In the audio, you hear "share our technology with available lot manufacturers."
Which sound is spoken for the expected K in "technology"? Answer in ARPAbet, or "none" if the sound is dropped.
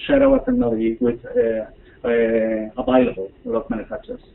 none